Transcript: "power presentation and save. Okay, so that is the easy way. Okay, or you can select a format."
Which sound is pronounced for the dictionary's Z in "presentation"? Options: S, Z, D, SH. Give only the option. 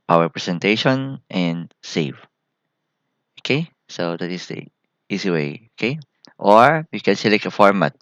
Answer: S